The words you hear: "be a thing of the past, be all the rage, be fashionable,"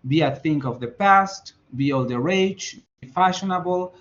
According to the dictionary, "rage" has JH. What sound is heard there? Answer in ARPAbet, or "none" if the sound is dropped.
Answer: CH